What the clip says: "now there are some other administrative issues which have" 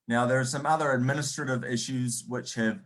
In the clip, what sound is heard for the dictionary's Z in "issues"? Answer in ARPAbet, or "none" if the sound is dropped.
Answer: Z